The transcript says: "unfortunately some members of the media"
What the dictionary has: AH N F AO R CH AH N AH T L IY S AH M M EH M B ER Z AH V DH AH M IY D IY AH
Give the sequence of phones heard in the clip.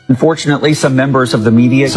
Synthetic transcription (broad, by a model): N F AO R CH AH N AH T L IY S AH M M EH M B ER Z AH V DH AH M IY D IY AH